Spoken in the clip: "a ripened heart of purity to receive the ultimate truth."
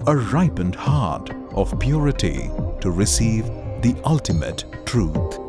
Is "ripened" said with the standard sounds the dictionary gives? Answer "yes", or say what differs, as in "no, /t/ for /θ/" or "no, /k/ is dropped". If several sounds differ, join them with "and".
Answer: yes